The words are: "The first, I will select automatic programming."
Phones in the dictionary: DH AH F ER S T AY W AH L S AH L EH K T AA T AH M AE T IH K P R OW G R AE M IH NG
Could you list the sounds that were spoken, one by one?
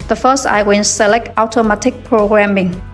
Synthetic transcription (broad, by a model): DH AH F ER S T AY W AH N S AH L EH K T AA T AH M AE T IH K P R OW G R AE M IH NG